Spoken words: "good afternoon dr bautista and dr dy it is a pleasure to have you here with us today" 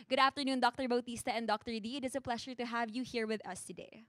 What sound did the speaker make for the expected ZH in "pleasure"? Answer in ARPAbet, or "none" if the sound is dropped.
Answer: SH